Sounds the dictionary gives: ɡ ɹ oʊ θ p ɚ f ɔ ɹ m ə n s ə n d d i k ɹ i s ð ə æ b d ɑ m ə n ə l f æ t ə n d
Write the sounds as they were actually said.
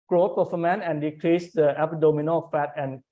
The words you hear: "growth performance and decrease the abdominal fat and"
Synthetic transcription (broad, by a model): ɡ ɹ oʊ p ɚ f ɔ m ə n ə n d d i k ɹ i s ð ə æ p d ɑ m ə n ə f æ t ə n